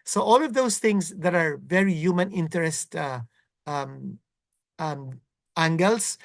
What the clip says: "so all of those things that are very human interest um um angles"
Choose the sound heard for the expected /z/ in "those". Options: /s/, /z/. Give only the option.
/s/